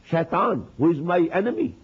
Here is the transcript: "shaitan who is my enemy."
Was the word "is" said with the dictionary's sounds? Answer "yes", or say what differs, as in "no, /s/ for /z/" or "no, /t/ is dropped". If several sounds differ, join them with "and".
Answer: yes